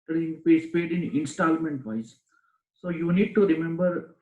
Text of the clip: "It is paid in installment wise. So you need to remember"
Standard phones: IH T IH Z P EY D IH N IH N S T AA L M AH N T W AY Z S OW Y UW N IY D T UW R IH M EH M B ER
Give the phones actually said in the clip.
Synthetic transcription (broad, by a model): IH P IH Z P EY D IH N IH N S T AA L M AH N T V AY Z S OW Y UW N IY D T UW R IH M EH M B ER